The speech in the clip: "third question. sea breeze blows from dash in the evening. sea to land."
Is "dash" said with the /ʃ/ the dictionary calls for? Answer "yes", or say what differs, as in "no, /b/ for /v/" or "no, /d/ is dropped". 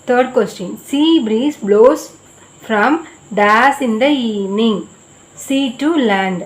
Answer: no, /s/ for /ʃ/